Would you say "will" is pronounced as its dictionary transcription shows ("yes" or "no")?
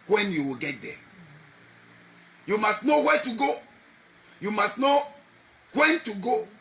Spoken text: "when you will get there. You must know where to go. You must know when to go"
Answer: yes